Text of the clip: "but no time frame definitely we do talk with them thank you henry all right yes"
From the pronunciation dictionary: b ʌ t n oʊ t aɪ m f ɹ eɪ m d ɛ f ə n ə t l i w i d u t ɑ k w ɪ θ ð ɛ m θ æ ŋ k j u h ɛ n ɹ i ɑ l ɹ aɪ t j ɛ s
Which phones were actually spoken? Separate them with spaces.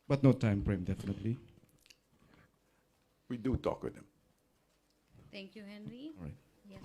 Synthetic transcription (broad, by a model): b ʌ t n oʊ t aɪ m p ɹ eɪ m d ɛ f ə n ə t l i w i d u t ɑ k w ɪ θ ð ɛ m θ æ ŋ k j u h ɛ n ɹ i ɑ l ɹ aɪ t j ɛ